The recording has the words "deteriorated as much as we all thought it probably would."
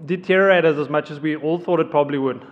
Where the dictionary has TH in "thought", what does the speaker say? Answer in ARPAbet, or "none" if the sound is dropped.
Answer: TH